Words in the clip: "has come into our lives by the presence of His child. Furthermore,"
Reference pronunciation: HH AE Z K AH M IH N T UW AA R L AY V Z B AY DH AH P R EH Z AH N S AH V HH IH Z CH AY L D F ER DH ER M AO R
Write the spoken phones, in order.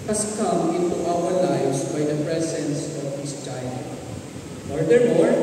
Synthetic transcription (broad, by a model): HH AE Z K AH M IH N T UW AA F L AY Z B AY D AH P R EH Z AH N S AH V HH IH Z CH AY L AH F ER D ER M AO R